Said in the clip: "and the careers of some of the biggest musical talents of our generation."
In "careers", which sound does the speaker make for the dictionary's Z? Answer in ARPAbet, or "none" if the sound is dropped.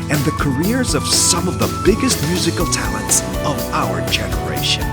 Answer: Z